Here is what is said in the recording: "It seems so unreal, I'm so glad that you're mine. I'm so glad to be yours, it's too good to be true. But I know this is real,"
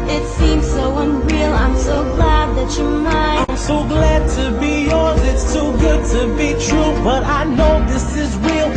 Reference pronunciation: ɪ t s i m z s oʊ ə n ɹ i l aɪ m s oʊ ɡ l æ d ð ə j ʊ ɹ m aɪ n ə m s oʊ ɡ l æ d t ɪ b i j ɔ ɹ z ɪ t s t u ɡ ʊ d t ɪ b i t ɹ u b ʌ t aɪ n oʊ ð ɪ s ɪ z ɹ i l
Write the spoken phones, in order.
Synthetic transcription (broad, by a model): ɪ t s i m z s oʊ ə n ɹ i l aɪ m s oʊ ɡ l æ d ð ə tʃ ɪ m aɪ ə m s oʊ ɡ l æ d t ɪ b i j ɔ ɹ z ɪ t s t u ɡ ʊ d t ɪ b i t ɹ u b ʌ t aɪ n oʊ ð ɪ s ɪ z ɹ i l